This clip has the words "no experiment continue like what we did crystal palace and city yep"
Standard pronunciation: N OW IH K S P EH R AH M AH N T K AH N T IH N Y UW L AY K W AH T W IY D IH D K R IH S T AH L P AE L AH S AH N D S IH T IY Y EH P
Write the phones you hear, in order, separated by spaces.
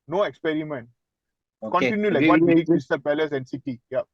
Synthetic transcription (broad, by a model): N OW IH K S P EH R AH M AH N T K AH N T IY N Y UW L AY K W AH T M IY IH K IH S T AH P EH L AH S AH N S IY T IY Y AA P